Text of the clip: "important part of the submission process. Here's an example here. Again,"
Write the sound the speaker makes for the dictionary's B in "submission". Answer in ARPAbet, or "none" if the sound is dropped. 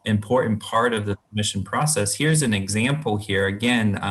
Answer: none